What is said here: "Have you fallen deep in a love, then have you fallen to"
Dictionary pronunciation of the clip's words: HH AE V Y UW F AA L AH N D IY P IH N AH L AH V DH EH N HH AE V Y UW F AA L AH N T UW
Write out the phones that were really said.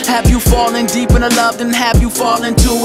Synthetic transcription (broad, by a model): HH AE V Y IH F AA L AH N D IY P IH N AH L AH V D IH N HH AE V Y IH F AA L AH N T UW